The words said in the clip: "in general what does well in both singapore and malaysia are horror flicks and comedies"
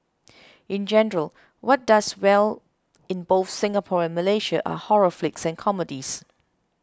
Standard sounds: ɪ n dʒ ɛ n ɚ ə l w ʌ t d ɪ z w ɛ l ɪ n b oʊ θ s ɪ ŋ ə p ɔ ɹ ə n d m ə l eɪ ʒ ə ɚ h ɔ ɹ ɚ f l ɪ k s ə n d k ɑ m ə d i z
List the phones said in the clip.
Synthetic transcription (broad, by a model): ɪ n dʒ ɛ n ɚ ə l w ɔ t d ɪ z w ɛ l ɪ n b oʊ θ s ɪ ŋ ə p ɔ ɹ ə n m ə l eɪ ʃ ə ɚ h ɔ ɹ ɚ f l ɪ k s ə n k ɑ m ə d i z